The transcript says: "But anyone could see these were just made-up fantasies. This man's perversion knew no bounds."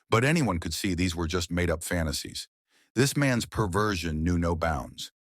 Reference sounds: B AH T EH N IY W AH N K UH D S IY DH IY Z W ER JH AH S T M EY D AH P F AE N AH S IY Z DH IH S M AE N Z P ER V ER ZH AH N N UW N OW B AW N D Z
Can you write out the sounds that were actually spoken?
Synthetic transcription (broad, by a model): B AH T EH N IY W AH N K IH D S IY DH IY Z W ER JH AH S T M EY D AH P F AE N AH S IY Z DH IH S M AE N Z P ER V ER ZH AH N N UW N OW B AW N D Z